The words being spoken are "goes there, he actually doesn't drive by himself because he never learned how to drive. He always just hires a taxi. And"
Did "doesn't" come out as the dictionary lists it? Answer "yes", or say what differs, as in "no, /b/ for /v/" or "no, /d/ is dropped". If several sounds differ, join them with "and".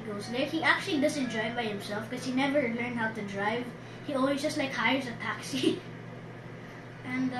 no, /s/ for /z/